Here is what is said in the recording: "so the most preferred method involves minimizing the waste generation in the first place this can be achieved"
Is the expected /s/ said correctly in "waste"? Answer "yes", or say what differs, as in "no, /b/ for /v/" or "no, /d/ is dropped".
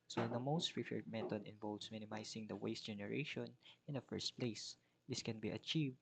yes